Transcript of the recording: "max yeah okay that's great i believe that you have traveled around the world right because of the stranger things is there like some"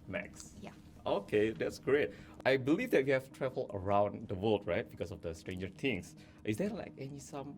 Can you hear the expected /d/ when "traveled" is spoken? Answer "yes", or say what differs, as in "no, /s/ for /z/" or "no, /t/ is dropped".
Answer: no, /d/ is dropped